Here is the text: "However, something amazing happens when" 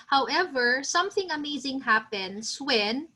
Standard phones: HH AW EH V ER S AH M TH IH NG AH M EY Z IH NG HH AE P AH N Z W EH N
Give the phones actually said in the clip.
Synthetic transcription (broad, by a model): HH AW EH V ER S AH M TH IH NG AH M EY Z IH NG HH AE P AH N S W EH N